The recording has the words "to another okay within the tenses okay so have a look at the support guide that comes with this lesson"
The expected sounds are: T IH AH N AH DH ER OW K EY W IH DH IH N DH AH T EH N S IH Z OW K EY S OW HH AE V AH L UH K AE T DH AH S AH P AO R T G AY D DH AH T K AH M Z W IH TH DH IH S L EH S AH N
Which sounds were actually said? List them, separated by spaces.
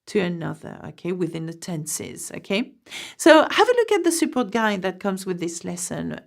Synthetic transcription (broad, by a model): T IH AH N AH DH ER OW K EY W IH DH IH N DH AH T EH N S IH Z OW K EY S OW HH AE V AH L UH K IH T DH AH S AH P AO R T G AY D DH AH T K AH M Z W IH DH IH S L EH S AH N